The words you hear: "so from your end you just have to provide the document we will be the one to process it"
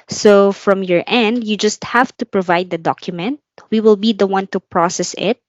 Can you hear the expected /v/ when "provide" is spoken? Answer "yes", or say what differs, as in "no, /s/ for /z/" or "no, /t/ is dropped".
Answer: yes